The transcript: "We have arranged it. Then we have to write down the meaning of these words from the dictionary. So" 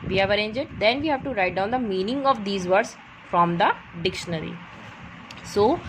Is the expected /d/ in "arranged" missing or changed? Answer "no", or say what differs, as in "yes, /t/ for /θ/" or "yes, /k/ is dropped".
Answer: yes, /d/ is dropped